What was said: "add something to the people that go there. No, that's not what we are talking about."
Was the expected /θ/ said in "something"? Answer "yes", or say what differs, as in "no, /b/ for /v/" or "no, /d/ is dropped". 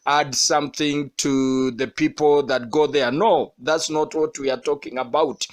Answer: yes